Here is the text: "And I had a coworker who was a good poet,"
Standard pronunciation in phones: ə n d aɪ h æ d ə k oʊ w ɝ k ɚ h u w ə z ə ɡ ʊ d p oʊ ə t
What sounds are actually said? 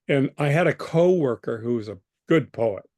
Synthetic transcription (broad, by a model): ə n aɪ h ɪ d ə k oʊ w ɝ k ɚ h u w ə z ə ɡ ʊ d p oʊ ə t